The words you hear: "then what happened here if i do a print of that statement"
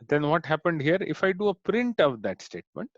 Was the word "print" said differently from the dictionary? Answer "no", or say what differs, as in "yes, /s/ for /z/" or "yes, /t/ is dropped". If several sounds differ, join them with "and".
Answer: no